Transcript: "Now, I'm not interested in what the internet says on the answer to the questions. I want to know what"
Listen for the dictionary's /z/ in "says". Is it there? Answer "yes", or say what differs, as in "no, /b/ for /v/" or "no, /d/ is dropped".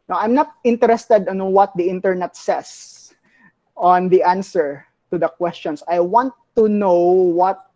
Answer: no, /s/ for /z/